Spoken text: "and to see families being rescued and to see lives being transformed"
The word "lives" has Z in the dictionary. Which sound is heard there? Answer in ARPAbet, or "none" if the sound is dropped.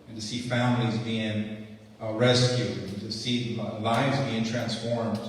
Z